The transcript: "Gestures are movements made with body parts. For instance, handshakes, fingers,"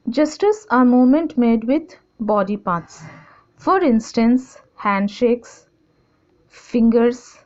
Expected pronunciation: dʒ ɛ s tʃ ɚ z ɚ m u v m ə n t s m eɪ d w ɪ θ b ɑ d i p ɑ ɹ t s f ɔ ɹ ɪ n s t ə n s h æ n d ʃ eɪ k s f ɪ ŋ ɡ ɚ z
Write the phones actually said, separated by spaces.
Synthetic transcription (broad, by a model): dʒ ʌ s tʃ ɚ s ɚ m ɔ m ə n t m eɪ d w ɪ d b ɑ d i p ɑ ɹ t s f ɔ ɹ ɪ n s t ə n s h æ n d ʃ eɪ k s f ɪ ŋ ɡ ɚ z